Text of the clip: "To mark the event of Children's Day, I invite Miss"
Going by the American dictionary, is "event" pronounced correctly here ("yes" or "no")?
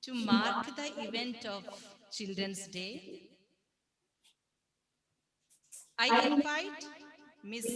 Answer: yes